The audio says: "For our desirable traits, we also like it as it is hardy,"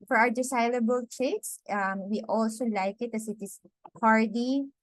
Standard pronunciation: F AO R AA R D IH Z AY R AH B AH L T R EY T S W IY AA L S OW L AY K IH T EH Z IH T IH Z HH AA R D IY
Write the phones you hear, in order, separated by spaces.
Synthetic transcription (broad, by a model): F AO R AA R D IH S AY L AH B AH L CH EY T S W IY AA L S OW L AY K IH T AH S IH T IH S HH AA R D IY